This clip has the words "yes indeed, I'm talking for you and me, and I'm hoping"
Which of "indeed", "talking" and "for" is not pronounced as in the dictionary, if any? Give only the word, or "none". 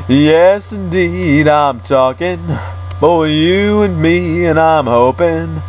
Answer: for